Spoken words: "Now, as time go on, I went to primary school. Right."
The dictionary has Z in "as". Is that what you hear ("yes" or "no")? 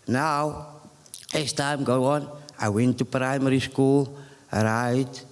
no